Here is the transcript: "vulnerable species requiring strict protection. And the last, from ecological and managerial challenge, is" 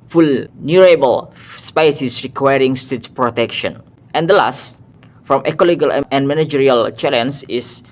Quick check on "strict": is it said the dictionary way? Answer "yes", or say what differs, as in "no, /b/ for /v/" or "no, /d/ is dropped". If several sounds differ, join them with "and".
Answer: no, /ɹ/ is dropped and /k/ is dropped